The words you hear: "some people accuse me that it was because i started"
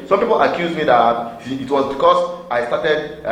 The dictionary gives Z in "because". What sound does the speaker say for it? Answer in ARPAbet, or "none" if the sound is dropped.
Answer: S